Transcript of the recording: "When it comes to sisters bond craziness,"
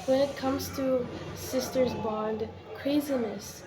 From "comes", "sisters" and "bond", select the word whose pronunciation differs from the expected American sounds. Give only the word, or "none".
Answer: none